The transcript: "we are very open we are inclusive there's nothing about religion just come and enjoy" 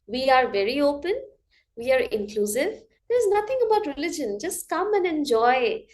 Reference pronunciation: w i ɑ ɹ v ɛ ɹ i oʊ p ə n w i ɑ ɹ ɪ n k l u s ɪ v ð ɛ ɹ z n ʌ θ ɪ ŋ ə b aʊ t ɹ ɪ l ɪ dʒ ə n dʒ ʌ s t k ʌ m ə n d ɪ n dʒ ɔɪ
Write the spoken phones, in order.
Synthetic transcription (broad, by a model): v i ɑ ɹ v ɛ ɹ i oʊ p ə n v i ɑ ɹ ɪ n k l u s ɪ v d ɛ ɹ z n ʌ t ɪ ŋ ə b aʊ t ɹ ɪ l ɪ dʒ ə n dʒ ʌ s t k ʌ m ə n d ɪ n dʒ ɔɪ